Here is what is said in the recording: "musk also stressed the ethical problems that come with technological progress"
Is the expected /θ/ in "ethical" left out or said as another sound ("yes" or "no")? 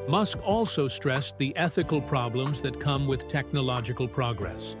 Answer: no